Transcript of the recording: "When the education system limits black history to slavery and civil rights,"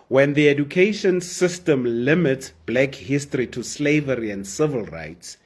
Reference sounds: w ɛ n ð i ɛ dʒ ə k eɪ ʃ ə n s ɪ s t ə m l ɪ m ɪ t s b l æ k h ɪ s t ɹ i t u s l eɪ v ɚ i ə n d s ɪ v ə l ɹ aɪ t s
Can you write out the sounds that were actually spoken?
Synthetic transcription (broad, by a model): w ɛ n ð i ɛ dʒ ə k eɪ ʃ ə n s ɪ s t ə m l ɪ m ɪ t s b l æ k h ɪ s t ɹ i t u s l eɪ v ɚ i ə n d s ɪ v ə l ɹ aɪ t s